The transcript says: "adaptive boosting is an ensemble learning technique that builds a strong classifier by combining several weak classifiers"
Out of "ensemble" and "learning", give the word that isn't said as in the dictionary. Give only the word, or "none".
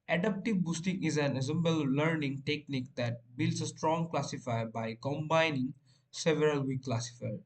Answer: ensemble